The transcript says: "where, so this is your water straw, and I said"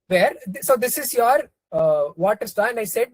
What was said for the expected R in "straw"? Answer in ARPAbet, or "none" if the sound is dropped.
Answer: none